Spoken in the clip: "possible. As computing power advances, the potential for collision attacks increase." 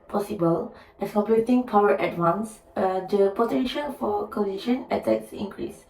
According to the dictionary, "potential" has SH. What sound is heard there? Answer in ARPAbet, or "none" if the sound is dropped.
SH